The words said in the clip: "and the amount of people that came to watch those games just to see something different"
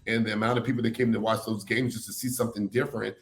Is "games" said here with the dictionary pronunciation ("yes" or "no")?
yes